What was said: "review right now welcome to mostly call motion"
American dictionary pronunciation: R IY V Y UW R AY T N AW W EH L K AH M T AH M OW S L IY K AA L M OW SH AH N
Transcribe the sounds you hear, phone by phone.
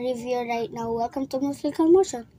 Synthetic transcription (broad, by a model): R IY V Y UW R AY T N AW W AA K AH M T AH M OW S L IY K AA L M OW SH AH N